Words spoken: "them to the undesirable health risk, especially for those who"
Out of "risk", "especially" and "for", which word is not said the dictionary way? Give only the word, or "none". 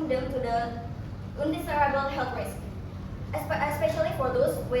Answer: risk